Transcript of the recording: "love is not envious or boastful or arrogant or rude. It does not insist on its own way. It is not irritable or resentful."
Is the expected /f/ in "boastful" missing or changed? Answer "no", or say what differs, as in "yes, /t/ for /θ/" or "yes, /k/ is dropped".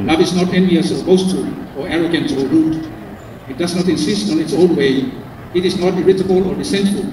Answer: yes, /f/ is dropped